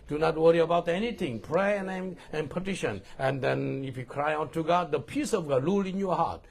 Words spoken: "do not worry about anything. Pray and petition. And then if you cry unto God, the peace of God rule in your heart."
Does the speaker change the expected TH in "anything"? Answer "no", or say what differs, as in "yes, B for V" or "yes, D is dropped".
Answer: yes, T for TH